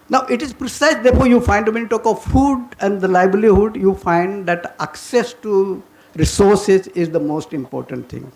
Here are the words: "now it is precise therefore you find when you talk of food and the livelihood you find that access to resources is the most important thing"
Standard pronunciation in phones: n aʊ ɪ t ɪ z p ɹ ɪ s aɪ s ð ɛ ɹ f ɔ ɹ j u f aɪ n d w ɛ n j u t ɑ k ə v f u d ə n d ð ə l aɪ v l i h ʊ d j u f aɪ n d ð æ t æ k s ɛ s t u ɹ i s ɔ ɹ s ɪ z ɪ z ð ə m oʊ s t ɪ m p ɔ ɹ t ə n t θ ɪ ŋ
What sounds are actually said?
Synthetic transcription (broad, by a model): n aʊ ɪ t ɪ z p ɹ ɪ s aɪ s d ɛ ɹ f ɔ ɹ j u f aɪ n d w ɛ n t ɑ k ə v f u d ə n d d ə l aɪ b l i h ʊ d j u f aɪ n d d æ t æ k s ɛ s t u ɹ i s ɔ ɹ s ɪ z ɪ z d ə m oʊ s t ɪ m p ɔ ɹ t ə n t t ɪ ŋ